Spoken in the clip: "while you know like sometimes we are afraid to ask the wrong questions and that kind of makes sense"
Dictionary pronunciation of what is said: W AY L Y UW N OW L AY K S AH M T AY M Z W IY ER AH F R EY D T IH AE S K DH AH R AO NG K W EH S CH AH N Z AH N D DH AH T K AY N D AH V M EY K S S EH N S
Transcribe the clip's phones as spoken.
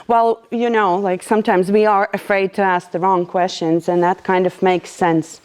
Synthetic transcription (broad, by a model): W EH L Y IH N OW L AY K S AH M T AY M Z W IY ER AH F R EY D T IH AE S K DH AH R AO NG K W EH S CH AH N Z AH N DH AH T K AY N D AH V M EY K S S EH N S